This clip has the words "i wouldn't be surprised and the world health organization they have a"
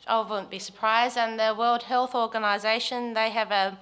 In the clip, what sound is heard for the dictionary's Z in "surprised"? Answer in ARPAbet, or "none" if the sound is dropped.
Z